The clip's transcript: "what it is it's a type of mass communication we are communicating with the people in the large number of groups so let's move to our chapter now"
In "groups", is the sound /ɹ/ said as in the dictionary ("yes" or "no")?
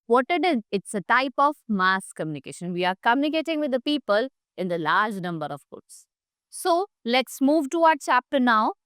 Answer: no